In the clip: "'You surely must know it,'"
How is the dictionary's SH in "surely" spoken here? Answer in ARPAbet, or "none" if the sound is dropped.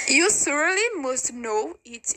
S